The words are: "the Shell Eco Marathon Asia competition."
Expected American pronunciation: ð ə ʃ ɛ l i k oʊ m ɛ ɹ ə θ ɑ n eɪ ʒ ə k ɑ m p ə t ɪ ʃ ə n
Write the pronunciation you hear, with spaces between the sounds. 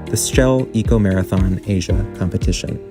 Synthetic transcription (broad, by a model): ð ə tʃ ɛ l i k oʊ m ɛ ɹ ə θ ɑ n eɪ ʒ ə k ɑ m p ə t ɪ ʃ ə n